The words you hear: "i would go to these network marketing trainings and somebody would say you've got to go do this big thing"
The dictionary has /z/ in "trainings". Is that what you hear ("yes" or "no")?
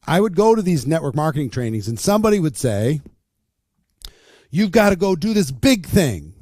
yes